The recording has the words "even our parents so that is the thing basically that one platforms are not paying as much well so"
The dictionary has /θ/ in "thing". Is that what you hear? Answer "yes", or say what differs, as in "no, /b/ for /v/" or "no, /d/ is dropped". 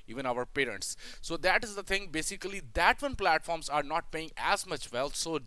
no, /t/ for /θ/